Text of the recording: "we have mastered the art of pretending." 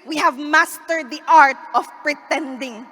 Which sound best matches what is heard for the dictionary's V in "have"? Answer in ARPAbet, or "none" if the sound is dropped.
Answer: V